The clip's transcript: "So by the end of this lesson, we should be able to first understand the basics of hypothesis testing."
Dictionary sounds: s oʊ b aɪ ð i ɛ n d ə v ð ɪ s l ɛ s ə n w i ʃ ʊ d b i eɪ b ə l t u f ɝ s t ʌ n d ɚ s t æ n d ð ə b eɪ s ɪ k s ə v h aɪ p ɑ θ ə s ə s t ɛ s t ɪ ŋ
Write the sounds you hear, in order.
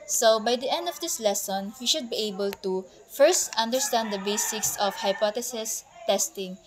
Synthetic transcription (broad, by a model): s oʊ b aɪ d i ɛ n d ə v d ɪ s l ɛ s ə n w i ʃ ʊ d b i eɪ b ə l t u f ɝ s t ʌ n d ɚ s t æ n d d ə b eɪ s ɪ k s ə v h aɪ p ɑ t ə s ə s t ɛ s t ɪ ŋ